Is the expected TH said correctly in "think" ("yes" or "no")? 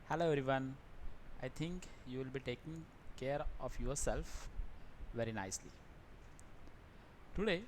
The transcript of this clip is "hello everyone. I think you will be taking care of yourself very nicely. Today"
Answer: no